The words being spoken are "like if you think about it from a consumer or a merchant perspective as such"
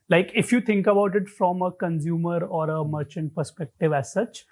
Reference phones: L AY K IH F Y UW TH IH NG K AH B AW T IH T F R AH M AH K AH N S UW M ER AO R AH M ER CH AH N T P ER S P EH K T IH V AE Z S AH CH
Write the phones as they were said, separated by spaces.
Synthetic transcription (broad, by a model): L AY K IH F Y UW T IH NG K AH B AW T IH T F R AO M AH K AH N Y UW M ER AO R AH M ER CH AH N T P ER S P EH K T IH V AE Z S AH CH